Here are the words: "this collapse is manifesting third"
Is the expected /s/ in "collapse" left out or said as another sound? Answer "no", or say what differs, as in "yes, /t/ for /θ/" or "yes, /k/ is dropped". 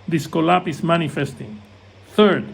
yes, /s/ is dropped